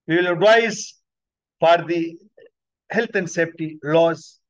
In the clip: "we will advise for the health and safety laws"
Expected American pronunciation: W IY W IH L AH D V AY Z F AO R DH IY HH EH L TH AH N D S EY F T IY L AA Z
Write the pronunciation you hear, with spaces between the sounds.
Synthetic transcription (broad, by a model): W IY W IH L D AY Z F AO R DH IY HH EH L T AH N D S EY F T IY L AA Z